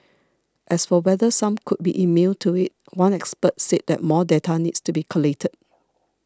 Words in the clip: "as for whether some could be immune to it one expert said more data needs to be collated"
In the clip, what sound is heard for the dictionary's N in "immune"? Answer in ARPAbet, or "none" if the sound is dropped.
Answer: L